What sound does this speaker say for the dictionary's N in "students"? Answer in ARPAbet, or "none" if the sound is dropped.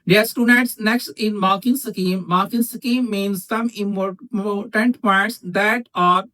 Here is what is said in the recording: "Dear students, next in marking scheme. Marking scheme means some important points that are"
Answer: none